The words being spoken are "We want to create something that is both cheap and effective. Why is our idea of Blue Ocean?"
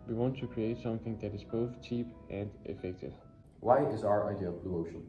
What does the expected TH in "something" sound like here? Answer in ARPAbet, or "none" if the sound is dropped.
TH